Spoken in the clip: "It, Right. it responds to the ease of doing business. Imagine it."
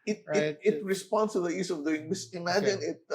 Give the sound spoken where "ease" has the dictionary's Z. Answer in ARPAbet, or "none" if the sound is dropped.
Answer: S